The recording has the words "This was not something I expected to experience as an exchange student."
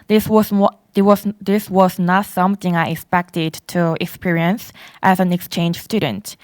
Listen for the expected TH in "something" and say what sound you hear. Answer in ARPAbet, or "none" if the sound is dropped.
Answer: TH